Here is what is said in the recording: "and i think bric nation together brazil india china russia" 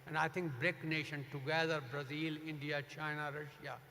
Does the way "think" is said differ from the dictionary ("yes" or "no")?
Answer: yes